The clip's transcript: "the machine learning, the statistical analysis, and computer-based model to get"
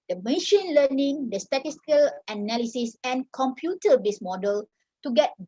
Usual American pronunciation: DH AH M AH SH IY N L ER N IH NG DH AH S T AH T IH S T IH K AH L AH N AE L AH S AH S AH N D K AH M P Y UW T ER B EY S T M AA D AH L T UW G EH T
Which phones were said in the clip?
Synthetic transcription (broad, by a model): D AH M AH SH IY N L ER N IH NG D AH S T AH T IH S T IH K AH L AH N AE L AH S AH S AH N K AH M P Y UW T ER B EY S M AA D AH L T UW G EH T